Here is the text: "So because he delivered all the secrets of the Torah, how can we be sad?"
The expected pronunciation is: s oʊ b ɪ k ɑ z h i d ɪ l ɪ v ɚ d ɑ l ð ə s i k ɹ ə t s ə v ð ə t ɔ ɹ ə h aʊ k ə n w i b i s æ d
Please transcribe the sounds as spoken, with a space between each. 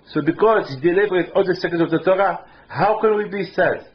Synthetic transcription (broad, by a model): s oʊ b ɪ k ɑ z h i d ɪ l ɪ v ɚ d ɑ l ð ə s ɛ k ə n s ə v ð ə t ɔ ɹ ə h aʊ k ə n w i b i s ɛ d